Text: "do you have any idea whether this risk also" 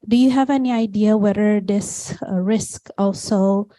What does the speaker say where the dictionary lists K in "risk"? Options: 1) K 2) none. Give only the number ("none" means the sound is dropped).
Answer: 1